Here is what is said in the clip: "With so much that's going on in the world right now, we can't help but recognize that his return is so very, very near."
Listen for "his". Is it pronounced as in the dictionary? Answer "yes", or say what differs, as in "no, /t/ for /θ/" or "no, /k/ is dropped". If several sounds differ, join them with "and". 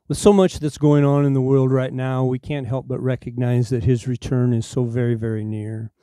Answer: yes